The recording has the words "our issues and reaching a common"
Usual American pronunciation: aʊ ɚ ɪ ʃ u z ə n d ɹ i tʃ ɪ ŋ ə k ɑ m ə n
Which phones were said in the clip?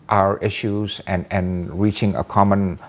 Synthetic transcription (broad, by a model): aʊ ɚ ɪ ʃ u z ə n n ɹ i tʃ ɪ ŋ ə k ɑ m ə n